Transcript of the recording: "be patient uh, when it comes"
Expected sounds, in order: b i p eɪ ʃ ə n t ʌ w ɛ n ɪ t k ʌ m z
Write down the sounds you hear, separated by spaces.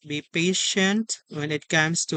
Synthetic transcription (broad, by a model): b i p eɪ ʃ ə n t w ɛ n ɪ t k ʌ m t